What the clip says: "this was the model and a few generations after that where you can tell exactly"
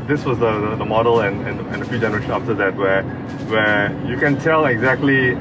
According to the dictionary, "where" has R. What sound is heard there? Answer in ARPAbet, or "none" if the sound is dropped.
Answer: W